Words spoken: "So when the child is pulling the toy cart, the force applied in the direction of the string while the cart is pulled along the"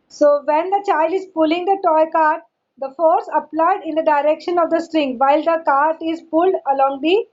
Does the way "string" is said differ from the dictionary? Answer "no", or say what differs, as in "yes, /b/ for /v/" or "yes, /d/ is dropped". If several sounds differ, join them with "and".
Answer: no